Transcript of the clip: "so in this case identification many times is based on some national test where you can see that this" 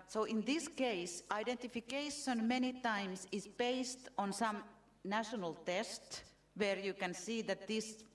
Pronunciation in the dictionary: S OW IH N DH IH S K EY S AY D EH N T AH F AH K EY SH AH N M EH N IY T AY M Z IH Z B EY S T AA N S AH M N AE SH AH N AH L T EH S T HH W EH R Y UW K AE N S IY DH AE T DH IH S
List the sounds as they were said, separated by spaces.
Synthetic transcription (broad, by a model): S OW IH N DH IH S K EY S AY D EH N T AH F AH K EY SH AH N M EH N IY T AY M S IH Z B EY S T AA N S AH M N AE SH AH N AH L T EH S T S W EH R Y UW K AE N S IY DH AE T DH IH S